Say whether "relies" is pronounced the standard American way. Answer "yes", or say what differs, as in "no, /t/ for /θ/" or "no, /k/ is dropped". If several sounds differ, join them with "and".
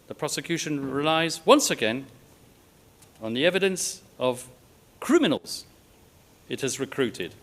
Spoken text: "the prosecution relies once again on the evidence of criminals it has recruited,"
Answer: yes